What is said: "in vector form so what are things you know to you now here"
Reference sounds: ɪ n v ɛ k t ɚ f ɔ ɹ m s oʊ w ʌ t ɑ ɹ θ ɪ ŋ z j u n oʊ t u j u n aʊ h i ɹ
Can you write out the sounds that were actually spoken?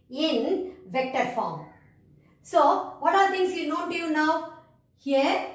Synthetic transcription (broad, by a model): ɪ n v ɛ k t ɚ f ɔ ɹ m s oʊ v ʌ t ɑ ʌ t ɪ ŋ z j u n oʊ t u j u n aʊ h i ɹ